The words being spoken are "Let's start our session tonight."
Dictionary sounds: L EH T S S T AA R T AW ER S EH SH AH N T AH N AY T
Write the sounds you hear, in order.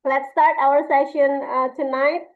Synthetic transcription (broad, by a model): L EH T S S T AA R T AW ER S EH SH AH N T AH N AY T